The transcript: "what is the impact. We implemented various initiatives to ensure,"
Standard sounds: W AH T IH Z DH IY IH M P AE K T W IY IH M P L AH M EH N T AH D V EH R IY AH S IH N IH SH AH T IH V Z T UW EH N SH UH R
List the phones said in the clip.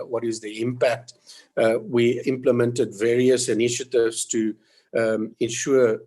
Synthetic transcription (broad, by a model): W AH T IH Z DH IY IH M P AE K T W IY IH M P L AH M EH N T AH D V EH R IY AH S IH N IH SH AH T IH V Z T UW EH N SH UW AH